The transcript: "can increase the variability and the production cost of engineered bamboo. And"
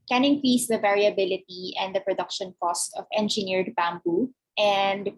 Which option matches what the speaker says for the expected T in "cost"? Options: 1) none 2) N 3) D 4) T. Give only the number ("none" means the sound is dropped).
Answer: 4